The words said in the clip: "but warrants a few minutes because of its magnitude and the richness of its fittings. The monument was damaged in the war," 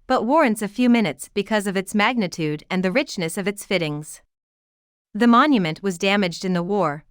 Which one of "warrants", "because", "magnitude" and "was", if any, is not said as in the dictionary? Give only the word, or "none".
none